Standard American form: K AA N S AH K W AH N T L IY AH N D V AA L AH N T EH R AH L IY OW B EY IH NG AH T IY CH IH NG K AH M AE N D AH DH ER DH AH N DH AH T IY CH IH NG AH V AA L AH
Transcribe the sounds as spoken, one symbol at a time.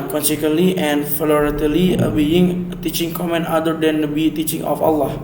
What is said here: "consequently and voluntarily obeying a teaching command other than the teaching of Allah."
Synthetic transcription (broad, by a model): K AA N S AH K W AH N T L IY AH N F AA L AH T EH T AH L IY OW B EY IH NG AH T IY CH IH NG K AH M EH N AA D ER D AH N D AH T IY CH IH NG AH F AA L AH